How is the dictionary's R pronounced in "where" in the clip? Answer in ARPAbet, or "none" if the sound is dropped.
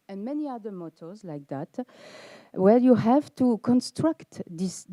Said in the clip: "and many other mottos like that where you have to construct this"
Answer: L